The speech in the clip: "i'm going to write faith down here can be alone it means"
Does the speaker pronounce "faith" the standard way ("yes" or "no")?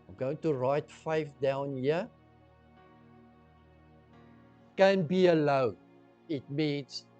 no